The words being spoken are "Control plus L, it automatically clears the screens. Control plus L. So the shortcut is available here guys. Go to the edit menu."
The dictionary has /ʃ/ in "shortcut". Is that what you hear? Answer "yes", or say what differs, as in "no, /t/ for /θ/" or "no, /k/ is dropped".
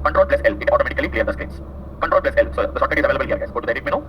no, /s/ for /ʃ/